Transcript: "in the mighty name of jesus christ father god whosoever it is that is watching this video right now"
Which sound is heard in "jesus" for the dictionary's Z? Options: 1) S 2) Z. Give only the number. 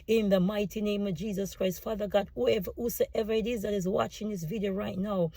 2